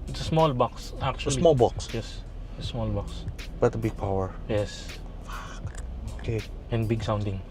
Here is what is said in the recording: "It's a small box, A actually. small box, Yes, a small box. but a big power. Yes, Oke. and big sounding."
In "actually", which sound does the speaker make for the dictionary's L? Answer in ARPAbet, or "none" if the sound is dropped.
none